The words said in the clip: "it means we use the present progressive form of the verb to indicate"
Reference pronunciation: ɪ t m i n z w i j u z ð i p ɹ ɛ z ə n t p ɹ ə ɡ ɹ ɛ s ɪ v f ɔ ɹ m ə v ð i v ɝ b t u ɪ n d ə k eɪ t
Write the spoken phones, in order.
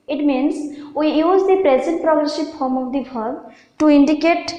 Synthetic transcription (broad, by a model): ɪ t m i n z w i j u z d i p ɹ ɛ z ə n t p ɹ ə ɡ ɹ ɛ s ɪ p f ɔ ɹ m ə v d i b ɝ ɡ t u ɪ n d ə k eɪ t